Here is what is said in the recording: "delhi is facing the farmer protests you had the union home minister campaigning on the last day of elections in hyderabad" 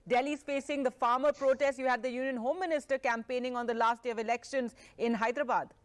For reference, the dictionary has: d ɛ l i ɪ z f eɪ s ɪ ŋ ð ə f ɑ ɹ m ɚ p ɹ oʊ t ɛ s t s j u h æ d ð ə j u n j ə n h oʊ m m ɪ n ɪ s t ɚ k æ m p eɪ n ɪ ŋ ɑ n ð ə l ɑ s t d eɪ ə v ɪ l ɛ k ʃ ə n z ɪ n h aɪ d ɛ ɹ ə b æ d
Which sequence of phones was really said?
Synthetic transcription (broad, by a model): d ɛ l i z f eɪ s ɪ ŋ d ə f ɑ ɹ m ɚ p ɹ oʊ t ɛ s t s j u h æ d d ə j u n j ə n h oʊ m m ɪ n ɪ s t ɚ k æ m p eɪ n ɪ ŋ ɑ n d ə l ɑ s t d eɪ ə v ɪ l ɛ k ʃ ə n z ɪ n h aɪ d ɹ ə b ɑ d